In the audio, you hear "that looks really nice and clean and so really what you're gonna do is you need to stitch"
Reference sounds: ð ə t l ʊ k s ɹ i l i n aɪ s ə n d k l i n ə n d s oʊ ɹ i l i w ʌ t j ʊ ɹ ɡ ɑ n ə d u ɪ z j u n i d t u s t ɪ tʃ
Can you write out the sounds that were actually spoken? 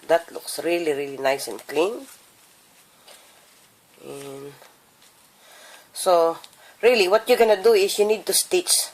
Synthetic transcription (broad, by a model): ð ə t l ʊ k s ɹ i l i n aɪ s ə n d k l i n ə n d s oʊ ɹ i l i w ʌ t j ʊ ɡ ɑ n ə d u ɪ s j u n i d t u s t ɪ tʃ